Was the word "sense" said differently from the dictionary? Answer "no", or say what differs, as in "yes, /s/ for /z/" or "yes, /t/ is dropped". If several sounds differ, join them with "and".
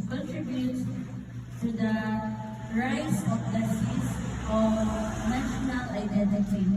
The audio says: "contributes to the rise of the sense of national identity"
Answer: yes, /n/ is dropped